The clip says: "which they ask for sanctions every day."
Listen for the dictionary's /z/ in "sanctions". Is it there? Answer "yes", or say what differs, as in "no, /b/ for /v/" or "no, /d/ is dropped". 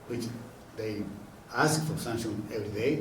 no, /z/ is dropped